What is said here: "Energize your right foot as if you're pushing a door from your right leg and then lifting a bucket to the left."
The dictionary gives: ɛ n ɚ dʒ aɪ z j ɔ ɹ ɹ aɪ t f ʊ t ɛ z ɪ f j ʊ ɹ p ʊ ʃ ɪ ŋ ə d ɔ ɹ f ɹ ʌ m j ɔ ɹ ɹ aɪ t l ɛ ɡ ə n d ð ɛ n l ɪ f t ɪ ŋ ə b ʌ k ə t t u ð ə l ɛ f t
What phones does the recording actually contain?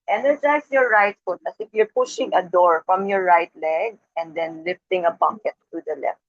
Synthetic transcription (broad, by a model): ɛ n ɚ dʒ aɪ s j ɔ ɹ ɹ aɪ t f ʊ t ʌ s ɪ f j ʊ ɹ p ʊ ʃ ɪ ŋ ə d ɔ ɹ f ɹ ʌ m j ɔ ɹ ɹ aɪ t l ɛ ɡ ə n d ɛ n l ɪ f t ɪ ŋ ə b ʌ k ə t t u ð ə l ɛ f t